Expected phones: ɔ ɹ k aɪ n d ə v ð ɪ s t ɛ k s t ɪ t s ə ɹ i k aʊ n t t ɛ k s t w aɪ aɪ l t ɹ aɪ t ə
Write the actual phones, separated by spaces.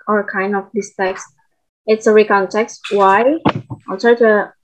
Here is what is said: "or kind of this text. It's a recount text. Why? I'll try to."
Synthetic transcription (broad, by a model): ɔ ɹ k aɪ n d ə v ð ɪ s t ɛ k s t ɪ t s ə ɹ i k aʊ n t t ɛ k s t w aɪ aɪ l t aɪ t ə